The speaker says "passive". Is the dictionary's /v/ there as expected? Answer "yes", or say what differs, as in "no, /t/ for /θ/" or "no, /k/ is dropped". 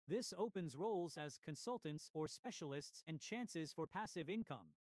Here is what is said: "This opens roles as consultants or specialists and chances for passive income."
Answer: yes